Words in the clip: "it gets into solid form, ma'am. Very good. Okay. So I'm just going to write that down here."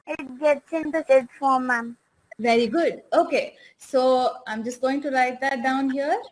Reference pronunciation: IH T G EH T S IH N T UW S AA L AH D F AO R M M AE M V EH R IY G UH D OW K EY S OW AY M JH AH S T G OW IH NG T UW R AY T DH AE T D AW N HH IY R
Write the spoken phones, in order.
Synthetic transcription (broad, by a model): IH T G EH T S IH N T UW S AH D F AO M M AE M V EH R IY G UH D OW K EY S OW AY M JH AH S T G OW IH NG T UW L AY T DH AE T D AW N HH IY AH